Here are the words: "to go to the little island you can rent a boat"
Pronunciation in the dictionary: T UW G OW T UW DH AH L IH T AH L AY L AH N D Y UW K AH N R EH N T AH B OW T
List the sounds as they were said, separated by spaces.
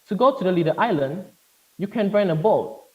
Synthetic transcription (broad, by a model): T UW G OW T UW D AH L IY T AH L AY L AH N D Y UW K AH N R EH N AH B OW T